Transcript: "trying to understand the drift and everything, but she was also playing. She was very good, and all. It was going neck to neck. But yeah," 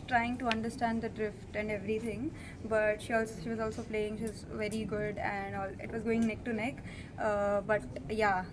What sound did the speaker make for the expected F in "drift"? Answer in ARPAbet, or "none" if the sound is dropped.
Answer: F